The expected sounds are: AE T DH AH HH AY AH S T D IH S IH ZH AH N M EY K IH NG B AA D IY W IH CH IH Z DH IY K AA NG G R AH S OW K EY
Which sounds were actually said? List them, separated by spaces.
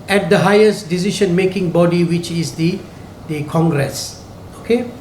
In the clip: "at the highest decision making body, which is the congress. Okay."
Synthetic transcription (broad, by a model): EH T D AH HH AY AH S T D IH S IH SH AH N M EY K IH NG B AA D IY W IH CH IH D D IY K AA NG G R AH S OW K EY